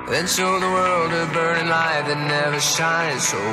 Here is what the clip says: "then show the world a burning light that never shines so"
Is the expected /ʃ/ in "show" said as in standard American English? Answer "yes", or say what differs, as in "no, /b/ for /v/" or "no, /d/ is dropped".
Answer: no, /s/ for /ʃ/